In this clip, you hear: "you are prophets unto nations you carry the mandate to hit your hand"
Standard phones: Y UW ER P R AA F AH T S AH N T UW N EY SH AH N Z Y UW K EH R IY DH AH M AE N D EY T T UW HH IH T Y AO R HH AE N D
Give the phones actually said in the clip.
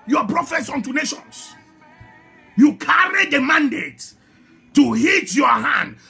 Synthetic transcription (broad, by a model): Y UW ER P R AA F AH T S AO N T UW N EY SH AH N S Y UW K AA R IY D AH M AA N D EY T T UW HH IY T Y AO HH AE N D